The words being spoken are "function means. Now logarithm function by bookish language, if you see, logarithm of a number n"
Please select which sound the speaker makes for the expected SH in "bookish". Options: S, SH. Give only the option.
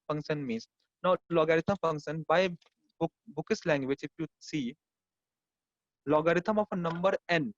S